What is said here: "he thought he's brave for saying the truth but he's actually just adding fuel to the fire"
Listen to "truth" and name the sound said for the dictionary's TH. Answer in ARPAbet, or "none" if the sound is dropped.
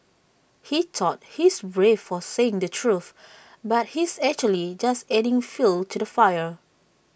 TH